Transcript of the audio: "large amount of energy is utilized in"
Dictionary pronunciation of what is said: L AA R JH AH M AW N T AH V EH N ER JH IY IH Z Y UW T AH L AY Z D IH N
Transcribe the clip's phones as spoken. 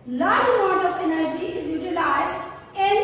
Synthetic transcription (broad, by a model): L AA R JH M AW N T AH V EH N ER JH IY IH Z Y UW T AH L AY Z IH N